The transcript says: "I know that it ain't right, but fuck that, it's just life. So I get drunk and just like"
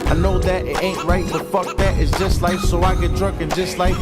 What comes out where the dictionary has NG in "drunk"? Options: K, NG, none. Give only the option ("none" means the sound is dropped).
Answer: none